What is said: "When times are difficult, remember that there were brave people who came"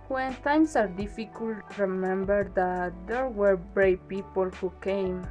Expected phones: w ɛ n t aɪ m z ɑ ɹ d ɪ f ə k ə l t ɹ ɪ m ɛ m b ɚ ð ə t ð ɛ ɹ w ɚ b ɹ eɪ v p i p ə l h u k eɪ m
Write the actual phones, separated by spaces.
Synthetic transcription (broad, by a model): w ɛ n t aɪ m s ɑ ɹ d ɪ f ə k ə l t ɹ ɪ m ɛ m b ɚ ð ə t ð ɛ ɹ w ɚ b ɹ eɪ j p i p ə l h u k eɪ m